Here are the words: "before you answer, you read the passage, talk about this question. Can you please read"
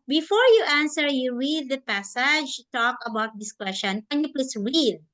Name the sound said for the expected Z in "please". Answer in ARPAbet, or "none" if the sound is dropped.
S